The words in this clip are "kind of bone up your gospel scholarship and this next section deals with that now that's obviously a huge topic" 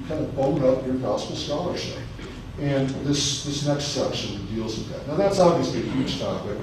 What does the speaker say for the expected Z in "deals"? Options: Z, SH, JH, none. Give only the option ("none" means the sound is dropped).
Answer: Z